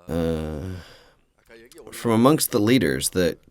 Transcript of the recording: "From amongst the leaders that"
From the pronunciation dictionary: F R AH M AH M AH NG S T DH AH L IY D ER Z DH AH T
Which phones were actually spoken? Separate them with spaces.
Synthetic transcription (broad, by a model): F R AH M AH M AH NG S T DH AH L IY D ER Z DH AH T